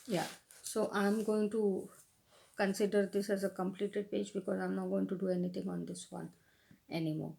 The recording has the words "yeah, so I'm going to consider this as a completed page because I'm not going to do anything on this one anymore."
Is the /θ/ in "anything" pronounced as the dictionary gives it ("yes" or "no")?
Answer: no